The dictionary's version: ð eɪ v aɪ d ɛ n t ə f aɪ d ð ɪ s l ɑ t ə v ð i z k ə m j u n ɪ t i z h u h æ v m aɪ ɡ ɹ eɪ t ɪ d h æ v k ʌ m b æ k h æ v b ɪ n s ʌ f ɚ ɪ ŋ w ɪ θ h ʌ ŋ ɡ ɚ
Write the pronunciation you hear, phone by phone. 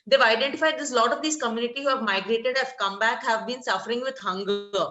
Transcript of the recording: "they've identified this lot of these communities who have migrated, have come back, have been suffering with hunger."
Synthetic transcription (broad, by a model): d eɪ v aɪ d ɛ n t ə f aɪ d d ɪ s l ɑ t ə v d i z k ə m j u n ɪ t i h u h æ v m aɪ ɡ ɹ eɪ t ɪ d h æ v k ʌ m b æ k h æ v b ɪ n s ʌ f ɚ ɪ ŋ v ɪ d h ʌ ŋ ɡ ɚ